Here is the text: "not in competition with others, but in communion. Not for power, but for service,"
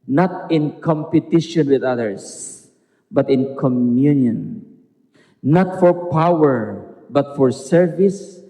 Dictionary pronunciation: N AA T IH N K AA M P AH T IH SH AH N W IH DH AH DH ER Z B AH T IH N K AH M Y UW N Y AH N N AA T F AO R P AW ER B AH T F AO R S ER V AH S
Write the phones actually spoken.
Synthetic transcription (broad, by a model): N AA T IH N K AA M P AH T IH SH AH N W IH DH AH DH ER S B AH T IH N K AH M Y UW N Y AH N N AA T F AO R P AW ER B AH T F AO R S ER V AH S